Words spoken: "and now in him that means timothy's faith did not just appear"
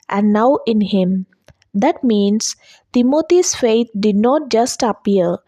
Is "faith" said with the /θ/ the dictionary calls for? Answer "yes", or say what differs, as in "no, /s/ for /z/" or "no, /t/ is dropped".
no, /t/ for /θ/